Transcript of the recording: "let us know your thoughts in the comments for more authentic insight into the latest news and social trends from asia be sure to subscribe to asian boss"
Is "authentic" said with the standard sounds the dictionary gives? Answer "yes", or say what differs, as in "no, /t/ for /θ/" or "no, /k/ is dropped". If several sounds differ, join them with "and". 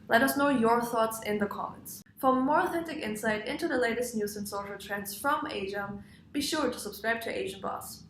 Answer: yes